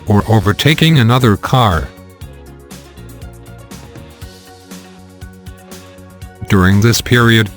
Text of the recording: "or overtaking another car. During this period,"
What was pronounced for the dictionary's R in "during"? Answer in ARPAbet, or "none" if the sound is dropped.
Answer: R